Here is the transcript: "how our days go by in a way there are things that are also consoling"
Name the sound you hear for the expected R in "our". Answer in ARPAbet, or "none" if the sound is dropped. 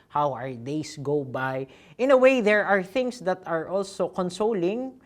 R